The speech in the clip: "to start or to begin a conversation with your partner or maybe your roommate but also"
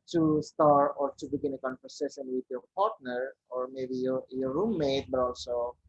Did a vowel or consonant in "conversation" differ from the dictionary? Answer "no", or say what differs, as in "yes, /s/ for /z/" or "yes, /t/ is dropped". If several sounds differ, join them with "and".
yes, /s/ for /ʃ/